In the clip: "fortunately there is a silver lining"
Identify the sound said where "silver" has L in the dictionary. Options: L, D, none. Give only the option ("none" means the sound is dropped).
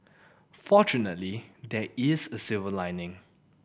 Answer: none